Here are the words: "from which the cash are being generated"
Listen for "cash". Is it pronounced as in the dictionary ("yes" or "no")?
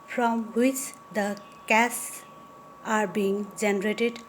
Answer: no